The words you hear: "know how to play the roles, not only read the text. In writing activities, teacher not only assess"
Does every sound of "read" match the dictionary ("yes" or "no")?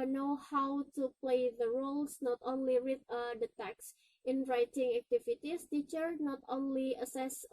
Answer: no